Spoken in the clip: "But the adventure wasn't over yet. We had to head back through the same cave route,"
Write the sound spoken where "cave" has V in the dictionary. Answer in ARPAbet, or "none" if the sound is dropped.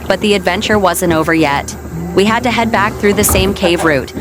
V